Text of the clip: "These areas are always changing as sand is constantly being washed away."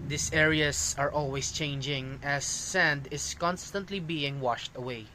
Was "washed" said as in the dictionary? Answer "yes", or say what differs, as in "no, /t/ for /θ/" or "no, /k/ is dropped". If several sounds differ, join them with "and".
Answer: yes